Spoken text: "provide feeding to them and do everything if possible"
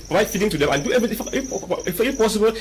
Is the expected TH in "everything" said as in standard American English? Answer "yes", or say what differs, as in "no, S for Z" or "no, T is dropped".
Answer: no, F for TH